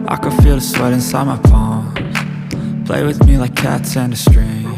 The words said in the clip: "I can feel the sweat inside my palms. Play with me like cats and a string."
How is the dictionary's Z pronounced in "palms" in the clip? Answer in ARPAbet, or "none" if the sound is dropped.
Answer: none